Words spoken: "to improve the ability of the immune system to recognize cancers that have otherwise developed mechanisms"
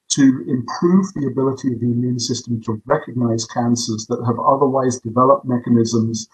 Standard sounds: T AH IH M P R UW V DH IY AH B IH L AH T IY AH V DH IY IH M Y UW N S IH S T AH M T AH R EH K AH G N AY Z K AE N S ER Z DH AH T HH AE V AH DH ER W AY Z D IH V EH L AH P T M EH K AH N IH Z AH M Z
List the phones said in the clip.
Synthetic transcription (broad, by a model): T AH IH M P R UW V DH IY AH B IH L AH T IY AH V DH IY IH M Y UW N S IH S T AH M T AH R EH K AH G N AY Z K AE N S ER Z DH AH T HH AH V AH DH ER W AY Z D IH V EH L AH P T M EH K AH N IH Z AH M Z